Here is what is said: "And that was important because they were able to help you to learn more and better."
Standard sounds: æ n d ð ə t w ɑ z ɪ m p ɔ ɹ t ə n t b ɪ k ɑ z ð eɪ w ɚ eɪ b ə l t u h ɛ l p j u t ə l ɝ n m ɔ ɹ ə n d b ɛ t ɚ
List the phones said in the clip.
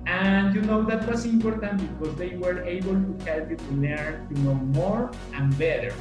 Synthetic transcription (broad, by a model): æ n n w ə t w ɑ s ɪ m p ɔ ɹ t ə n t b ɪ k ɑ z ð eɪ w ɚ eɪ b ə l t u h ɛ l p j u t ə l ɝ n m ɔ ɹ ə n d b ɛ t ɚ